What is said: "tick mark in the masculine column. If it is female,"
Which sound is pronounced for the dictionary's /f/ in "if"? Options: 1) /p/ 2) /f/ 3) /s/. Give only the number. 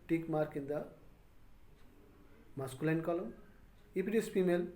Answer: 1